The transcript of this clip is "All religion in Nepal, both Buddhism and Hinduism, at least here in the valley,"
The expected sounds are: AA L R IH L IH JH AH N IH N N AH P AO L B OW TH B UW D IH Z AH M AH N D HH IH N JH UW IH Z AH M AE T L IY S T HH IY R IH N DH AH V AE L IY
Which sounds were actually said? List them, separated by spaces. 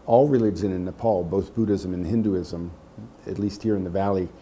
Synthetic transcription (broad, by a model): AA L R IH L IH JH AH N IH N N AH P AO L B OW TH B UW D IH Z AH M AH N HH IH N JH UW IH Z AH M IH T L IY S T HH IY R IH N DH AH V AE L IY